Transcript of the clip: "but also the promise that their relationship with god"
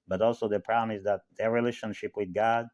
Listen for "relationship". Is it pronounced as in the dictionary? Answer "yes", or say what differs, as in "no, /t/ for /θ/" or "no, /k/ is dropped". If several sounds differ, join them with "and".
yes